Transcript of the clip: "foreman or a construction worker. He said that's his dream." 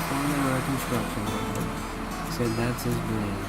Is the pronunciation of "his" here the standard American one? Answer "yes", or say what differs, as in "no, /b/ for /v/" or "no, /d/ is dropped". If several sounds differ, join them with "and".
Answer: yes